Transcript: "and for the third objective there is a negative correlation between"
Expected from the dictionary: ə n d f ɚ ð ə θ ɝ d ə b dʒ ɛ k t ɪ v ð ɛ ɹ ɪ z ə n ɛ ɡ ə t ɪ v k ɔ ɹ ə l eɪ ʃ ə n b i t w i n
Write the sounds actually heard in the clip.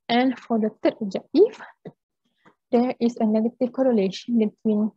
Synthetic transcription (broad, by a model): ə n f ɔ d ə t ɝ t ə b dʒ ɛ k t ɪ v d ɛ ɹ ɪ s ə n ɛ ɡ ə t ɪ f k ɔ ɹ ə l eɪ ʃ ə n b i t w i n